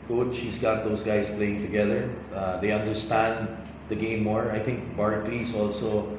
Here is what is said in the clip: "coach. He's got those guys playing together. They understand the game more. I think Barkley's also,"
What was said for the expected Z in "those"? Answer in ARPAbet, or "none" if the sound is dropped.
S